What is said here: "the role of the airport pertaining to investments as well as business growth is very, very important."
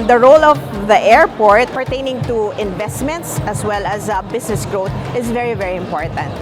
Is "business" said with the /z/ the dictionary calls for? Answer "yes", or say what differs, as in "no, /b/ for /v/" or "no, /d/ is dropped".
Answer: no, /s/ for /z/